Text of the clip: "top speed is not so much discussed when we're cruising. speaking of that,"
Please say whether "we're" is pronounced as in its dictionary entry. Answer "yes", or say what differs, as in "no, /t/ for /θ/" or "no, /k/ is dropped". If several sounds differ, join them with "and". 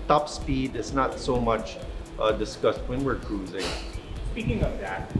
yes